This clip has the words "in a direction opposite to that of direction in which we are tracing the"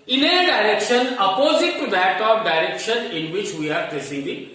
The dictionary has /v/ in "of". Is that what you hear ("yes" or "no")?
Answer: no